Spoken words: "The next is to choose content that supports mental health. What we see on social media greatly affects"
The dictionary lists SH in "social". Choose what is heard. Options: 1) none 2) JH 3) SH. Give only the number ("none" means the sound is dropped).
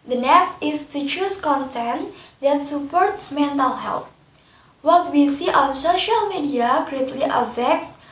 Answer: 3